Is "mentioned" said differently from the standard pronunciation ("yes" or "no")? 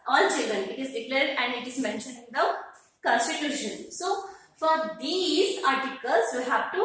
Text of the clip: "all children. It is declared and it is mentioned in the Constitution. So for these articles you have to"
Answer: yes